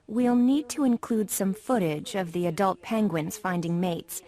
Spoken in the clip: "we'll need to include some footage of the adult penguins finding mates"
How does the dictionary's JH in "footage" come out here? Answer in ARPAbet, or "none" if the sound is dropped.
JH